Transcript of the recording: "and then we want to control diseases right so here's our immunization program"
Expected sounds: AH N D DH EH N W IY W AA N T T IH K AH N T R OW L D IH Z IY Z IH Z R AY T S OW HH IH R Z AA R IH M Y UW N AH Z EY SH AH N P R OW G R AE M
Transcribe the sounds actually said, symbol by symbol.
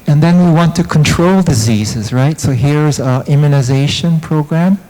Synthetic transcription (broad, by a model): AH N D DH EH N W IY W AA N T T IH K AH N T R OW L D IH Z IY Z IH Z R AY T S OW HH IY R Z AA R IH M Y UW N AH Z EY SH AH N P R OW G R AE M